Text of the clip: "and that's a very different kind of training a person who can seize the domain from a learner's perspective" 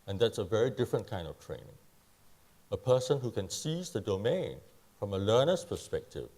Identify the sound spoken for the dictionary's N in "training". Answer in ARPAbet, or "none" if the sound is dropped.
N